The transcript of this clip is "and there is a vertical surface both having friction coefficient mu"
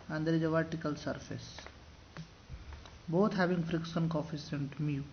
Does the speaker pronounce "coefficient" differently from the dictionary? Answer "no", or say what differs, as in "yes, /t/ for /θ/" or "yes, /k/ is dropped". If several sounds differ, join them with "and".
yes, /s/ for /ʃ/